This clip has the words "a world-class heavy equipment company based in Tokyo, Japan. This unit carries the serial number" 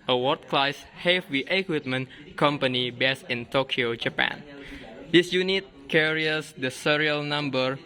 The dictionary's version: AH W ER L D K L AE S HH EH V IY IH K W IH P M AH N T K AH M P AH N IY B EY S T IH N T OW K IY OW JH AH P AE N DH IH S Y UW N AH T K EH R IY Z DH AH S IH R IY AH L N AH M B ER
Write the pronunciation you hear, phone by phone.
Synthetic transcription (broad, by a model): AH W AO D K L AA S HH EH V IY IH K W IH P M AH N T K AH M P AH N IY B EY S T IH N T OW K IY OW JH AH P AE N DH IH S Y UW N AH T K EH R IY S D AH S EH R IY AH L N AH M B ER